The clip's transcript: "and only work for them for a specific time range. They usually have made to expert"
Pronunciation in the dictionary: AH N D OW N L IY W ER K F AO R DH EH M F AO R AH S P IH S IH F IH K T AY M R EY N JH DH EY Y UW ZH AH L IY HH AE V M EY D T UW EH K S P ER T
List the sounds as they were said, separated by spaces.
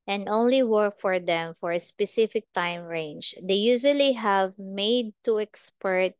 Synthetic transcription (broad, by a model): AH N D OW N L IY W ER K F AO R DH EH M F AO R AH S P IH S IH F IH K T AY M R EY N JH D EY Y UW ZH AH L IY HH AE V M EY D T UW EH K S P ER T